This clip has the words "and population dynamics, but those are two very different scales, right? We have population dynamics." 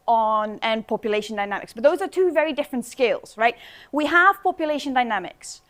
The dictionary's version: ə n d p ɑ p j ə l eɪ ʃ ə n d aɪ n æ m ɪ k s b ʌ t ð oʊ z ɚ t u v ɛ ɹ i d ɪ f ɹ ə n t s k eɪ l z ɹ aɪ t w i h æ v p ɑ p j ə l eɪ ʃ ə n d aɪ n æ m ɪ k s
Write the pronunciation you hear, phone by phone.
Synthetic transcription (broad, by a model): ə n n p ɑ p j ə l eɪ ʃ ə n d aɪ n æ m ɪ k s b ʌ t ð oʊ z ɚ t u v ɛ ɹ i d ɪ f ɹ ə n t s k eɪ l z ɹ aɪ t w i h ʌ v p ɑ p j ə l eɪ ʃ ə n d aɪ n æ m ɪ k s